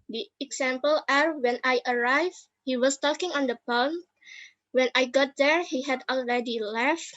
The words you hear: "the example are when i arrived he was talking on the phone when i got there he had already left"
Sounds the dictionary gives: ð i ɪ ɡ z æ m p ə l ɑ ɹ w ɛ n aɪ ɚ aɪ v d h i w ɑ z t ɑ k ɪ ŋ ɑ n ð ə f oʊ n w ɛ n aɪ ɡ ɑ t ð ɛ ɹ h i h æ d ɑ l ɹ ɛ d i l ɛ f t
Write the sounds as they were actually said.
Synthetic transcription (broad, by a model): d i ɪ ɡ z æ m p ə l ɑ ɹ w ɛ n aɪ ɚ aɪ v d h i w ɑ s t ɑ k ɪ ŋ ɑ n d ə p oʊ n w ɛ n aɪ ɡ ɑ t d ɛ ɹ h i h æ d ɑ l ɹ ɛ d i l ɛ f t